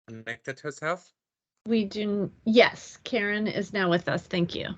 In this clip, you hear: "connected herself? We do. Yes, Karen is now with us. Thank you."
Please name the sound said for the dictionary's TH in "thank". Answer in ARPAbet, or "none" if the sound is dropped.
TH